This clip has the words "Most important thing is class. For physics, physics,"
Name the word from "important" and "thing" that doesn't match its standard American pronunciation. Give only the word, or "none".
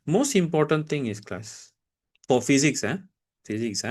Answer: thing